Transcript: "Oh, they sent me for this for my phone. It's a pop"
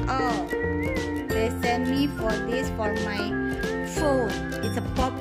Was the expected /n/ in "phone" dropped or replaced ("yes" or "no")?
yes